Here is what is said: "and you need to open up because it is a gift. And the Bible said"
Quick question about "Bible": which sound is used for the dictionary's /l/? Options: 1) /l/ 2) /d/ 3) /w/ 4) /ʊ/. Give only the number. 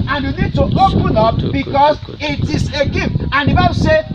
3